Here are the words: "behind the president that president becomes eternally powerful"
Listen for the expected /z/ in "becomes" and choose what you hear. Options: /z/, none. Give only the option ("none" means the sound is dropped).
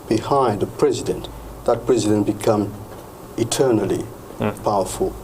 none